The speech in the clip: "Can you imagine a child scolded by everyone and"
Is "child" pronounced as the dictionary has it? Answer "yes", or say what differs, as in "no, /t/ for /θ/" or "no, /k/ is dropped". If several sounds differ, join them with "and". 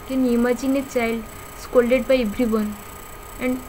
yes